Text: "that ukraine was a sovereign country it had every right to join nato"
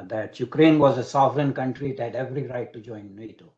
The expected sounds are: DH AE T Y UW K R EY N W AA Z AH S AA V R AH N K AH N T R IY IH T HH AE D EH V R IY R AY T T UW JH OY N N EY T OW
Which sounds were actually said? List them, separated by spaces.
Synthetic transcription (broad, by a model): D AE T Y UW K R EY N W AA Z AH S AA V R AH N K AH N T R IY IH T HH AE D EH V R IY R AY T T UW JH OY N N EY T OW